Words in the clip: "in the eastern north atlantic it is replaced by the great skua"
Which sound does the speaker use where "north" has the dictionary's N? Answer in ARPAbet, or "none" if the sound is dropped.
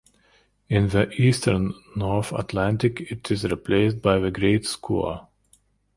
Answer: N